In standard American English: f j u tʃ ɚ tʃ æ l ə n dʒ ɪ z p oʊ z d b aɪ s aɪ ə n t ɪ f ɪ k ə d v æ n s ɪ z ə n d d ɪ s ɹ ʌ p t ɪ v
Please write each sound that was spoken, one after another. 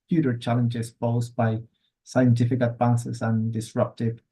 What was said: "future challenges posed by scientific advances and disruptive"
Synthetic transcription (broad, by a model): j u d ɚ tʃ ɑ l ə n dʒ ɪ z f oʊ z b aɪ s aɪ ə n t ɪ f ɪ k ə d v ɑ n s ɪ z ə n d d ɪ s ɹ ʌ p t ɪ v